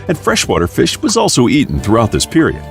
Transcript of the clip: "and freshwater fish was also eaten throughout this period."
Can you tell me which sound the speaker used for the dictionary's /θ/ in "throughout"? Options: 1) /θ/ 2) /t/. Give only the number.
1